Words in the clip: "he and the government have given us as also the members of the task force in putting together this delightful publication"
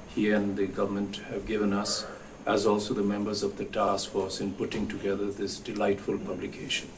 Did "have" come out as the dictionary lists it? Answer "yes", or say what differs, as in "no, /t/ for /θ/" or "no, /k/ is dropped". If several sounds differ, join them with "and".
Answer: yes